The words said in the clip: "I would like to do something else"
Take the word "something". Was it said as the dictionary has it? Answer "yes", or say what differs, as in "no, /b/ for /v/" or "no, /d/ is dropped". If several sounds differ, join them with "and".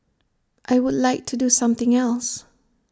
yes